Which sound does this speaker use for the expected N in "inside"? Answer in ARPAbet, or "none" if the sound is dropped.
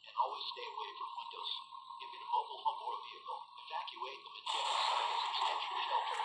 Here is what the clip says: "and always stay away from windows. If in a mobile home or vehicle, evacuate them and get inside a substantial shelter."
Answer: L